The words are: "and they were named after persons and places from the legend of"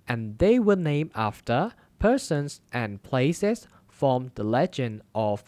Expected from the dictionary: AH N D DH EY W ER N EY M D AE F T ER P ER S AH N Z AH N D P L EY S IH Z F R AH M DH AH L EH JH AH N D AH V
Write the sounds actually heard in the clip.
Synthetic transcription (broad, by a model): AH N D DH EY W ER N EY M AE F T ER P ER S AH N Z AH N P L EY S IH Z F R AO M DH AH L EH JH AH N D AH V